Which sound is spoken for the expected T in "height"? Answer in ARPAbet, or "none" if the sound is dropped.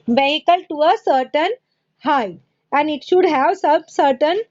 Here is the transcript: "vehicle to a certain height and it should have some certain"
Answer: none